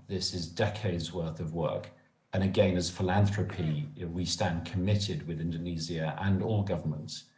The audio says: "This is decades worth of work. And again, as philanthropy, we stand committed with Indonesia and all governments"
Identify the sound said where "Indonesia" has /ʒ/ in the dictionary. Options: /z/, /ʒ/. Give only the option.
/z/